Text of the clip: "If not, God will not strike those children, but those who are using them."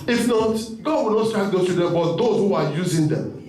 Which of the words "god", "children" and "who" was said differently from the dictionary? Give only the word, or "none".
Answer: children